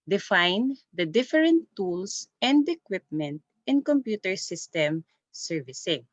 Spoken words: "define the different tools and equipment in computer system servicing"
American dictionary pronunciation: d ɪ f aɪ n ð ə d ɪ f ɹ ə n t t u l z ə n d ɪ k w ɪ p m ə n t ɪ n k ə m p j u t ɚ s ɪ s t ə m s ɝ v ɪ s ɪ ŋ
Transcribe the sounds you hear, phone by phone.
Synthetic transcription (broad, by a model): d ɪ f aɪ n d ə d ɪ f ɹ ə n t t u l s ə n d ɪ k w ɪ p m ə n t ɪ n k ə m p j u t ɚ s ɪ s t ə m s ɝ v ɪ s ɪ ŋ